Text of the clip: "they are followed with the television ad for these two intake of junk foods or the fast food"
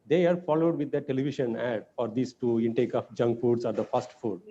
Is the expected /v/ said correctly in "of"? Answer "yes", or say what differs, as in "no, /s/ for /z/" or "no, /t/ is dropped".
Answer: no, /p/ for /v/